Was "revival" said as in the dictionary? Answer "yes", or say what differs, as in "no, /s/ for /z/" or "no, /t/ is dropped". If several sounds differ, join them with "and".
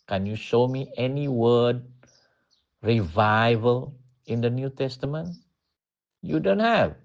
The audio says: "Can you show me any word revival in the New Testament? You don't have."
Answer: yes